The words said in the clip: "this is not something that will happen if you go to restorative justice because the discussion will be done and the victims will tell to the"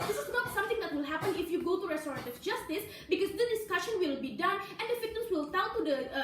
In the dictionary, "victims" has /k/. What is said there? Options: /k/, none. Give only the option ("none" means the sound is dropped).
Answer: none